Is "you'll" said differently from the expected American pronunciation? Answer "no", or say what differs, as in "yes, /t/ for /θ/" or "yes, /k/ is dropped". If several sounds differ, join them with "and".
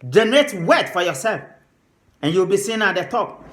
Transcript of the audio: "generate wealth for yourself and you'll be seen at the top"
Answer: yes, /w/ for /l/